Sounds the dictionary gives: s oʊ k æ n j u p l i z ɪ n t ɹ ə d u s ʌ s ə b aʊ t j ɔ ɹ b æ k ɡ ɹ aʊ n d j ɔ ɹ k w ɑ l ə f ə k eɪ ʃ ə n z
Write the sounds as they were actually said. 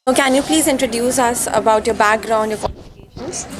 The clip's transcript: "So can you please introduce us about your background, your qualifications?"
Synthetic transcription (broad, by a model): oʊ k æ n j u p l i z ɪ n t ɹ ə d u s ʌ s ə b aʊ t j ɔ ɹ b æ k ɡ ɹ aʊ n d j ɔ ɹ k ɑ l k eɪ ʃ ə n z